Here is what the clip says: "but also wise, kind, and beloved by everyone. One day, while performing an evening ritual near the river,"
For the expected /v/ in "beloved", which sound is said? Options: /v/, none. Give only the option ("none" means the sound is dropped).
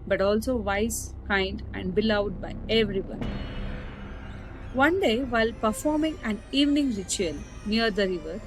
none